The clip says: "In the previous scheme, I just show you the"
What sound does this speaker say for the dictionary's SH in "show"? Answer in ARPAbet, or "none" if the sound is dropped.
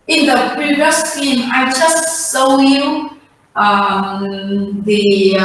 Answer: S